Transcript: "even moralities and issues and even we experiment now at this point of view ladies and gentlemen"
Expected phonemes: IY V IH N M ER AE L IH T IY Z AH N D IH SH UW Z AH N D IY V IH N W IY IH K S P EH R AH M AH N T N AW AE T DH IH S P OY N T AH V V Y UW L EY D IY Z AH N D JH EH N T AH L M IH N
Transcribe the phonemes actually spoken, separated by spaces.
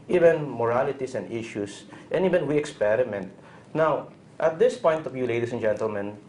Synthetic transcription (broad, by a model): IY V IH N M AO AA L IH T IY S AH N D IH SH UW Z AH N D IY V IH N W IY IH K S P EH R AH M AH N T N AW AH T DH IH S P OY N T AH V V Y UW L EY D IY S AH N JH EH N T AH L M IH N